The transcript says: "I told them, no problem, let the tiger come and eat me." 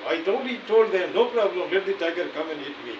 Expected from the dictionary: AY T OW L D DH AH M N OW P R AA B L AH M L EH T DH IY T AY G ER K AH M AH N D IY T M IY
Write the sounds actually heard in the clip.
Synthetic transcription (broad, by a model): AY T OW N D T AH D N OW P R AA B L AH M L EH T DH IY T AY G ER K AH M AH N D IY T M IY